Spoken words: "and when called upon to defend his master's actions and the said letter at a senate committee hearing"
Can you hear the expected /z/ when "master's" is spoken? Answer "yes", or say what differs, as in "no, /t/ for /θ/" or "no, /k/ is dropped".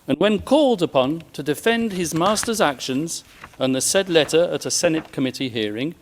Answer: yes